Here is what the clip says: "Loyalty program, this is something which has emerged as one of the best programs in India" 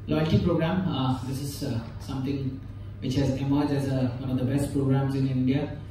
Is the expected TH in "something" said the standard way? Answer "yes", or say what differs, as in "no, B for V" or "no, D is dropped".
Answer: no, T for TH